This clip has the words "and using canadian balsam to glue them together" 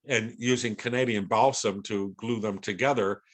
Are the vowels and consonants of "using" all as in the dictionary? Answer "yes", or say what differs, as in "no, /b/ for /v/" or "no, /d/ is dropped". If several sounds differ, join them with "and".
yes